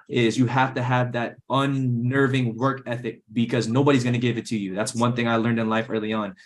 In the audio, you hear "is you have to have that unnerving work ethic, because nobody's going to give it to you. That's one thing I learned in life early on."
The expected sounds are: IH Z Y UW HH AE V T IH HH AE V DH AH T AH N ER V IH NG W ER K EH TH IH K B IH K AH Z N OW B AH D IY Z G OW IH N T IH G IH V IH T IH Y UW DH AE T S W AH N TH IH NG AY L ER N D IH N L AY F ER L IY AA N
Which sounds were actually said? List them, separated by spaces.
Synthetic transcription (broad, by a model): IH Z Y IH HH AE F T IH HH V DH AH T AH N ER V IH NG W ER K EH TH IH K B IH K AH Z N OW B AH D IY Z G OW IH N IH G IH V IH T IH Y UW DH AE T S W AH N TH IH NG AY L ER N D IH N L AY F ER L IY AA N